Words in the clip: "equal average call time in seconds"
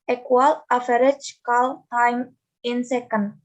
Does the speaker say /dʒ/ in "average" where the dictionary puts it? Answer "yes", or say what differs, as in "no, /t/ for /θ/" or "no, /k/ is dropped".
no, /tʃ/ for /dʒ/